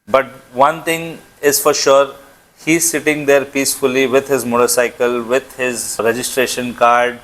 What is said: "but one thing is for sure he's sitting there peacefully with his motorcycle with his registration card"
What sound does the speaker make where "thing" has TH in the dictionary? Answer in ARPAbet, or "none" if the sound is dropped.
T